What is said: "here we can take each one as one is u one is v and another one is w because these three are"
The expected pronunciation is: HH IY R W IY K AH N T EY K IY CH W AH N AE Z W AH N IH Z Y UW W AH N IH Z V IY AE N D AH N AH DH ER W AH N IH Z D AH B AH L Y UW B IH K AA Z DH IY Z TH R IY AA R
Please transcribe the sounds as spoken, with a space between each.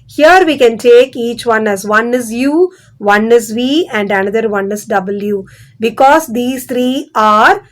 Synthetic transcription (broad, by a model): HH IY R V IY K AH N T EY K IY CH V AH N AE Z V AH N IH Z Y UW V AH N IH Z V IY AE N D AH N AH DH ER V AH N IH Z D AH B AH L Y UW B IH K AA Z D IY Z T R IY AA R